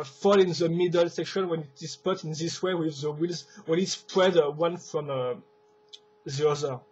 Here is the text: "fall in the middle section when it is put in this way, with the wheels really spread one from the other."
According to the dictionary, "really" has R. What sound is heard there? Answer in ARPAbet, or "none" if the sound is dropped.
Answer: W